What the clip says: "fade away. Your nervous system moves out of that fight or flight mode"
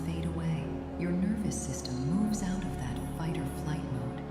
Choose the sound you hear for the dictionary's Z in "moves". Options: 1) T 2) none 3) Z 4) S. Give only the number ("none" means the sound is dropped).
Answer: 3